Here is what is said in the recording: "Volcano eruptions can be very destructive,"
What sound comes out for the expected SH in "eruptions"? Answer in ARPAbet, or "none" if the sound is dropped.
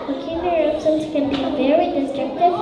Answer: S